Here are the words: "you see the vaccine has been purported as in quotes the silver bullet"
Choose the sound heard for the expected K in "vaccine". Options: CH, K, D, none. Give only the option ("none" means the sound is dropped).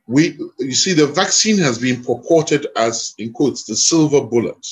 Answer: K